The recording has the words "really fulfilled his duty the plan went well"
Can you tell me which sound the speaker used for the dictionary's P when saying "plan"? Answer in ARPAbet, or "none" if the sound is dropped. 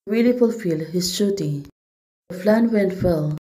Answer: F